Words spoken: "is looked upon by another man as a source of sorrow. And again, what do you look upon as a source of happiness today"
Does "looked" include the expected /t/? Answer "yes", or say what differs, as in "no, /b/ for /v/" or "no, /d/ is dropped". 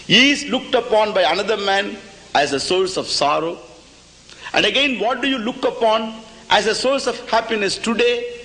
yes